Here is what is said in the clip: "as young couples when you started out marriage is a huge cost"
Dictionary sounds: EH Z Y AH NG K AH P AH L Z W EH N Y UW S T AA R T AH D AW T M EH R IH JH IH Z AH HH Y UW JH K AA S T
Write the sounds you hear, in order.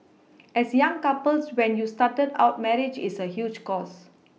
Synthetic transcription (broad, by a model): EH S Y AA NG K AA P AH L S W EH N Y UW S T AA T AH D AW T M EH R IH JH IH S AH HH Y UW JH K AA S